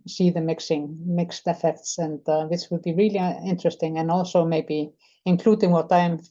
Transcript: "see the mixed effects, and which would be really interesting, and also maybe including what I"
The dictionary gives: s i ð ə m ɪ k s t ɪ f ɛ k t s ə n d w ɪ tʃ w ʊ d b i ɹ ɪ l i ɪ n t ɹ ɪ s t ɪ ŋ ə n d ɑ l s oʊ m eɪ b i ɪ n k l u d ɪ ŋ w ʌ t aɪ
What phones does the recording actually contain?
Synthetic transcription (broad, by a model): s i ð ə m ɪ k s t ɪ f ɛ k t s ə n d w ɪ s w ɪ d b i ɹ ɪ l i ɪ n t ɹ ɪ s t ɪ ŋ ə n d ɑ l s oʊ m eɪ b i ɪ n k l u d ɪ ŋ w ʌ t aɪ